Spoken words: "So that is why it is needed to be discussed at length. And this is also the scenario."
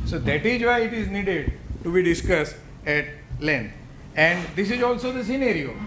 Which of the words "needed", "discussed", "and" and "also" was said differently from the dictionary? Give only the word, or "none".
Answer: none